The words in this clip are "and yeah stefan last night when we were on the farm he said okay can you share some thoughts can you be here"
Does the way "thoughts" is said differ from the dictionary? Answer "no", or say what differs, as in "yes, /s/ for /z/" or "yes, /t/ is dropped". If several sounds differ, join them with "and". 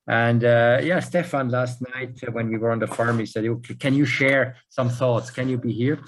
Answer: no